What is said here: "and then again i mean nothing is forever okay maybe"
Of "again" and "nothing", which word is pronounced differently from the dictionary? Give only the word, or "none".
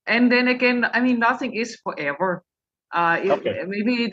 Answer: none